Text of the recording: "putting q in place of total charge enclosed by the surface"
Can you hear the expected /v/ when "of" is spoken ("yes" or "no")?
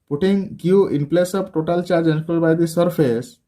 no